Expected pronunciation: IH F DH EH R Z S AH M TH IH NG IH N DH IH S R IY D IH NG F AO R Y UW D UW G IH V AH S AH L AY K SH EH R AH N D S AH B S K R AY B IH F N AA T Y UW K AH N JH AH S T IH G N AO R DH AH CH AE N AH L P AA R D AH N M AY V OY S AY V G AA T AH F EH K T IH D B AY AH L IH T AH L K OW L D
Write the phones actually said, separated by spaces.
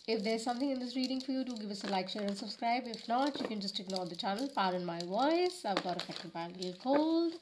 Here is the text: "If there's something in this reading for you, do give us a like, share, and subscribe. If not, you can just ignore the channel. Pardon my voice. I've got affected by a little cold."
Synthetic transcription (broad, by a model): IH F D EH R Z S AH M T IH NG IH N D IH S R IY D IH NG F AO R Y UW D UW G IH V AH S AH L AY K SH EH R AH N D S AH B S K R AY B IH F N AA T Y UW K AH N JH AH S T IH G N AO R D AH CH AE N AH L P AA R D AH N M AY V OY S AY V G AA T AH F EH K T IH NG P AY AH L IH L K OW L D